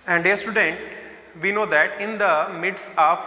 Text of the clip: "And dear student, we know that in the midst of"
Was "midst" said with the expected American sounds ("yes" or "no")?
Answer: no